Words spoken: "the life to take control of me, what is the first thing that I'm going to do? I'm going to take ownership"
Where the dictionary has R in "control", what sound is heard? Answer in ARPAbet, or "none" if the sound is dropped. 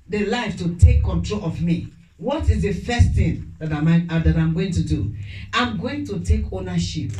R